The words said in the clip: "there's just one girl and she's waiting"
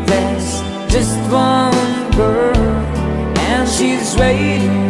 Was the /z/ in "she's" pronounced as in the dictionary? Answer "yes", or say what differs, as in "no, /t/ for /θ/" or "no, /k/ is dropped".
yes